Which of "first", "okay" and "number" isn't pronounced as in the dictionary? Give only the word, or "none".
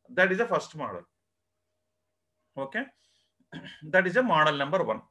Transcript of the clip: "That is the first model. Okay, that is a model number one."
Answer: none